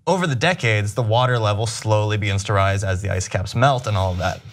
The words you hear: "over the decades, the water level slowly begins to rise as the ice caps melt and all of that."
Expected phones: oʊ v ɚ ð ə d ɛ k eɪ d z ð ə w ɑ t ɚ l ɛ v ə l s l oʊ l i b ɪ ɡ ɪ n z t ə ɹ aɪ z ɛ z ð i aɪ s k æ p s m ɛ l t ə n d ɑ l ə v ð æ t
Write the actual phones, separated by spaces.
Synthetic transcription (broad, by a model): oʊ v ɚ ð ə d ɛ k eɪ d z ð ə w ɑ t ɚ l ɛ v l s l oʊ l i b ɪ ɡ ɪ n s t ə ɹ aɪ z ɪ z ð i aɪ s k æ p s m ɛ l t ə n ɑ l ə v ð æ t